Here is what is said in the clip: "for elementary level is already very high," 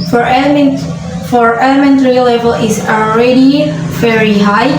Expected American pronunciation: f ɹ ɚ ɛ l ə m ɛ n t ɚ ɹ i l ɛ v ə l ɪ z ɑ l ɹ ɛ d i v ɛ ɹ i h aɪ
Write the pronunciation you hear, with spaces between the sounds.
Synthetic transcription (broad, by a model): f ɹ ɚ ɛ l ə m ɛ n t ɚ ɹ i l ɛ v ə l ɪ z ɑ l ɹ ɛ d i v ɛ ɹ i h aɪ